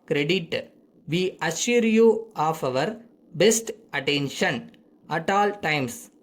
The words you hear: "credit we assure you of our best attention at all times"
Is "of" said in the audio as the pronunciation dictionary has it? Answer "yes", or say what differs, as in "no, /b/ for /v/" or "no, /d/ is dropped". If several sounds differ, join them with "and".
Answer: yes